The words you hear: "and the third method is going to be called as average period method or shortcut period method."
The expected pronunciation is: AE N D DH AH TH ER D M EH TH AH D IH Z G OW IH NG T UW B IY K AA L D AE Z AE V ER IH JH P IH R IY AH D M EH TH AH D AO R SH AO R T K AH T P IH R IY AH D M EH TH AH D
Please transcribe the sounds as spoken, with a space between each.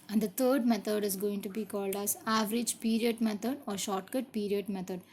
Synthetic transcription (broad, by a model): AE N D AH T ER D M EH T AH D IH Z G OW IH NG T UW B IY K AA L D AE Z AE V ER IH JH P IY R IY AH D M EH T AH D AO R SH AO R T K AH T P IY R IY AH D M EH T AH D